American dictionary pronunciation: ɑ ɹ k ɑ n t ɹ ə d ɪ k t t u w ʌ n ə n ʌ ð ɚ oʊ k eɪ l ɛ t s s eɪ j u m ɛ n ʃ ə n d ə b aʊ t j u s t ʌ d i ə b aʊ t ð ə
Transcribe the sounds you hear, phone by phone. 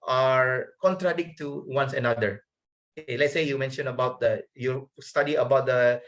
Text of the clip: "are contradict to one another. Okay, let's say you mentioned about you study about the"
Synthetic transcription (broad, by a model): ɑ ɹ k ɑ n t ɹ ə d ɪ k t t u w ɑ n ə n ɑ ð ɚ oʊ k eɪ l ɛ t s s eɪ j u m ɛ n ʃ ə n ə b aʊ t j u s t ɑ d i ə b aʊ t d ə